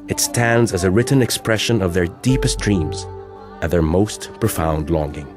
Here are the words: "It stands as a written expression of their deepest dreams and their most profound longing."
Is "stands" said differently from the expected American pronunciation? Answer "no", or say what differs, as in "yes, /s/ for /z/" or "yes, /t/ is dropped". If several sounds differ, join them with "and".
no